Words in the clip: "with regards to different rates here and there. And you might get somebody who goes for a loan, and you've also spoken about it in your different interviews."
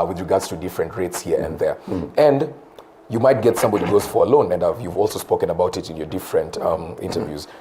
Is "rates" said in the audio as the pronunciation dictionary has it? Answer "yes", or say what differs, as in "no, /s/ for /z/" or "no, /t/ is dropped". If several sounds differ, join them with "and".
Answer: yes